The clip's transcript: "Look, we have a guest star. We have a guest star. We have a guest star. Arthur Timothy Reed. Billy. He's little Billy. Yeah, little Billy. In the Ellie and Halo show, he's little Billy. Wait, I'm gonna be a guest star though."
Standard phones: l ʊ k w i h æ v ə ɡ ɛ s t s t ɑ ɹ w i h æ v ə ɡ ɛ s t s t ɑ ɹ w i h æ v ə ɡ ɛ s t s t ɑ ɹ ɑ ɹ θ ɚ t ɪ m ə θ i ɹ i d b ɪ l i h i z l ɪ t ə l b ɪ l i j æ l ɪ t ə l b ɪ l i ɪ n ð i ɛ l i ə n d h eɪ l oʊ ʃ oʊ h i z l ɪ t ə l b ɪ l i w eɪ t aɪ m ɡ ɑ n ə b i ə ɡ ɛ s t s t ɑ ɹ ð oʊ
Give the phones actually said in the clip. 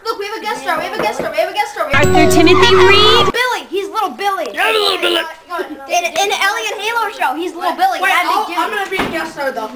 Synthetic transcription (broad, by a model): l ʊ k w i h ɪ v ə ɡ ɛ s s t ɑ ɹ w i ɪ v ə ɡ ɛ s s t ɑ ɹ w i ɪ v ə ɡ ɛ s s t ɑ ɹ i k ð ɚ t ɪ m ə θ i ɹ i d b ɪ l i h i z l ɪ t l b ɪ l i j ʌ l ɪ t l b ɪ l i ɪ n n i ɛ l i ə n h eɪ l oʊ ʃ oʊ h i z l ɪ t l b ɪ l i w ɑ aɪ m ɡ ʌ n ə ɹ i ə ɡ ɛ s s t ɑ ɹ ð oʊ